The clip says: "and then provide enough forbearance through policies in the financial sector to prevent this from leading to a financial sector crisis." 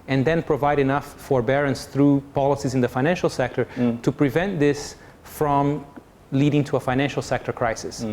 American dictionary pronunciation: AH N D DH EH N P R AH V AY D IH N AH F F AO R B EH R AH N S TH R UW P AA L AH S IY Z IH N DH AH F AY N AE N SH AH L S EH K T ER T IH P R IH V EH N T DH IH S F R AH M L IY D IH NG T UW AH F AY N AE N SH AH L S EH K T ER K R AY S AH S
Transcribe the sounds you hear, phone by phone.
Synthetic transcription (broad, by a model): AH N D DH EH N P R AH V AY D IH N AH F F AO R B EH R AH N S TH R UW P AA L AH S IY Z IH N DH AH F AY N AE N SH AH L S EH K T ER T IH P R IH V EH N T DH IH S F R AH M L IY D IH NG T UW AH F AY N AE N SH L S EH K T ER K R AY S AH S